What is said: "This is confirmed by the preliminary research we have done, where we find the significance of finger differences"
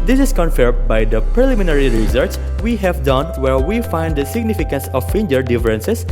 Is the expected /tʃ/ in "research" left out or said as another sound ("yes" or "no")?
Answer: yes